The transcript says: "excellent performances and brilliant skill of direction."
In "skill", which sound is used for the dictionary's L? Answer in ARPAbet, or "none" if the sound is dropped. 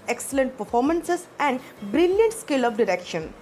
L